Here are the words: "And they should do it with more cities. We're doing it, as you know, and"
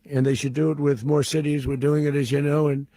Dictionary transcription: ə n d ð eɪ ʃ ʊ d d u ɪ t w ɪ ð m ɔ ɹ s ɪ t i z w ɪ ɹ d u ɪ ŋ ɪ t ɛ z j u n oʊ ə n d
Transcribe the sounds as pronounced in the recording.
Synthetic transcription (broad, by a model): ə n ð eɪ ʃ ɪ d d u ɪ t w ɪ ð m ɔ ɹ s ɪ t i z w ɪ ɹ d u ɪ ŋ ɪ t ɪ z j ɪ n oʊ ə n